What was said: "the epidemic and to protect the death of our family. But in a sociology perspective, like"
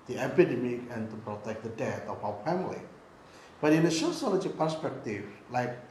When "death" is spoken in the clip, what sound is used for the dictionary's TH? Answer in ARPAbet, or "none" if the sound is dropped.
T